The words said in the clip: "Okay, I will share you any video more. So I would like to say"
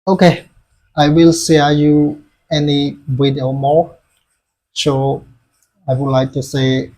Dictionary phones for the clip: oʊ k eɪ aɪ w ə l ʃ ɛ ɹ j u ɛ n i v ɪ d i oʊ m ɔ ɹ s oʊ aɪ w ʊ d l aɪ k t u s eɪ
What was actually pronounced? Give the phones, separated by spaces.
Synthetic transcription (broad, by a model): oʊ k eɪ aɪ w ə l s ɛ j u ɛ n i b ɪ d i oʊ m ɔ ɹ s oʊ aɪ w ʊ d l aɪ k t u s eɪ